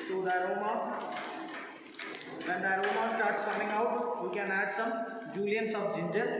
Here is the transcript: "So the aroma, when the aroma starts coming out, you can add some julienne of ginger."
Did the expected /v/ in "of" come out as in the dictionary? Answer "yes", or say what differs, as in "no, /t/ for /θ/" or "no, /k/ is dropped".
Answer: no, /b/ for /v/